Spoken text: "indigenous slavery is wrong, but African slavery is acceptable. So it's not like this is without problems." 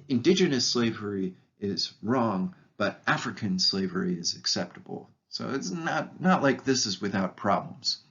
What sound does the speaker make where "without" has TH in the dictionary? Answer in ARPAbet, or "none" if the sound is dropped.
TH